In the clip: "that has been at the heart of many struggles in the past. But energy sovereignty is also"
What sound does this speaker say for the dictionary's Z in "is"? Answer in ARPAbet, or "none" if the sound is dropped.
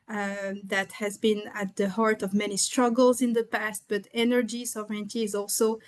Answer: Z